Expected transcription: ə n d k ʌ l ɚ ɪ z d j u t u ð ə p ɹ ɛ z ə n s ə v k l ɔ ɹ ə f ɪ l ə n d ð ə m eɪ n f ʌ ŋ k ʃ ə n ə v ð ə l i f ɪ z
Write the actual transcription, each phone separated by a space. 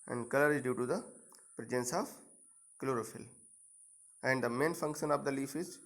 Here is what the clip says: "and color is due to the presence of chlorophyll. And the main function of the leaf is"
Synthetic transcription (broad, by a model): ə n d k ʌ l ɚ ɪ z d j u t u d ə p ɹ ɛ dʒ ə n s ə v k l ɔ ɹ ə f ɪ l ə n d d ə m eɪ n f ʌ ŋ k ʃ ə n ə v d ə l i f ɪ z